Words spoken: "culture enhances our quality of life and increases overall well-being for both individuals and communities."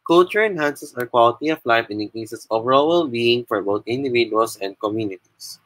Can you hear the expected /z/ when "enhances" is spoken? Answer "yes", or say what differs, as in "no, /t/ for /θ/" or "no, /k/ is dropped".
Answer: no, /s/ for /z/